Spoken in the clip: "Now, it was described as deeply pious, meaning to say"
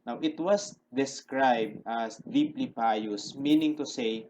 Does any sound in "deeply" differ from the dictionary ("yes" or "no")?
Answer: no